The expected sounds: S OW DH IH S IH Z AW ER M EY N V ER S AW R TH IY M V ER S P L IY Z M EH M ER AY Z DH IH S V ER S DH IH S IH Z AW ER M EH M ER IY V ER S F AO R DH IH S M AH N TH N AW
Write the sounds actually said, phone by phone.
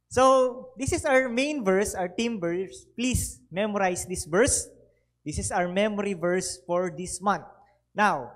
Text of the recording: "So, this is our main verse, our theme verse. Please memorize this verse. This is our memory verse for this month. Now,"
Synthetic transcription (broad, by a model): S OW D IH S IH S AW ER M EY N V ER S AW R T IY M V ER S P L IY S M EH M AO AY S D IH S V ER S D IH S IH S AW ER M EH M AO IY V ER S F AO R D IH S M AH N T N AW